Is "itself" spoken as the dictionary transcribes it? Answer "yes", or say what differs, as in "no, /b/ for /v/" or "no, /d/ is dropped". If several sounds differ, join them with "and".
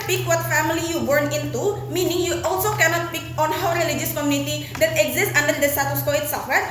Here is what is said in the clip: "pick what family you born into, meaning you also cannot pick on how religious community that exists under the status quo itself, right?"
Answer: no, /l/ is dropped